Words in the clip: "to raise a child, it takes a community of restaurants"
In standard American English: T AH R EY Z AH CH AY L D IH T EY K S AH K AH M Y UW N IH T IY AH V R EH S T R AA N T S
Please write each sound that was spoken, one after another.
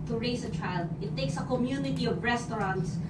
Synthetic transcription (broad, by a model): T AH R EY S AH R AY L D IH T EY K S AH K AH M Y UW N IH T IY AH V R EH S T R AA N T S